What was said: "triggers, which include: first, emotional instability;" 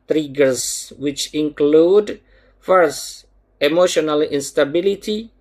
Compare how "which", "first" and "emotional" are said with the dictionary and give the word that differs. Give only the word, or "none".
first